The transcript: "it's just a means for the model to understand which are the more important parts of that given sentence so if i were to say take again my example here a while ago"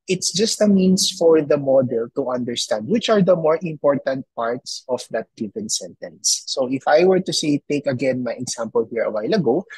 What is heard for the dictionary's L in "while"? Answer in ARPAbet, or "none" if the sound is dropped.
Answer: L